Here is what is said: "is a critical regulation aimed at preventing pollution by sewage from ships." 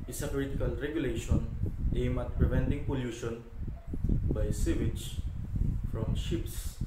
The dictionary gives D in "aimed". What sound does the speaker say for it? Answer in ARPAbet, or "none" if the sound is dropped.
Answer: none